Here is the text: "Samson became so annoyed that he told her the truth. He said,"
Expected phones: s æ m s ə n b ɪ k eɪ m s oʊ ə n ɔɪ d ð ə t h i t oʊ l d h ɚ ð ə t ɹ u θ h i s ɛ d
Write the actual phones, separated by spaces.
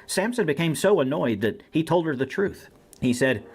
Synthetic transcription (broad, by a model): s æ m s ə n b ɪ k eɪ m s oʊ ə n ɔɪ d ð ə t h i t oʊ l d ɚ ð ə t ɹ u θ h i s ɛ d